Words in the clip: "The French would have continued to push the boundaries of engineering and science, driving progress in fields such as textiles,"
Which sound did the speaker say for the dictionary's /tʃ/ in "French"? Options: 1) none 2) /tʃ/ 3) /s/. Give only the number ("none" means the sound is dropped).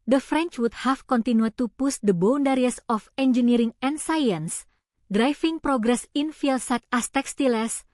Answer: 2